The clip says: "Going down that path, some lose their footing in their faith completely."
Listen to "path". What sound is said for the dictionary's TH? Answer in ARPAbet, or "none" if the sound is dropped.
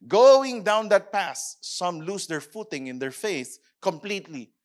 S